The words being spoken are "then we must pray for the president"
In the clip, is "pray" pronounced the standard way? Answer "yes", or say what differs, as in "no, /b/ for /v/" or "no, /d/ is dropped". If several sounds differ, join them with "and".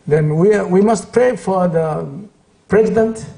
yes